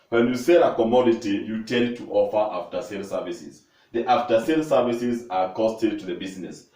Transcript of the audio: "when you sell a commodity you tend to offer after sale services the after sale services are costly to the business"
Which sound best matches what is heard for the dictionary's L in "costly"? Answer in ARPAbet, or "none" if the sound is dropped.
none